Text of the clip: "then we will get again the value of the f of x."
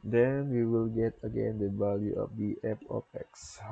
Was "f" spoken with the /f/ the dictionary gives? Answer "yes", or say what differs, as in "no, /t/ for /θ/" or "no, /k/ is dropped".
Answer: no, /p/ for /f/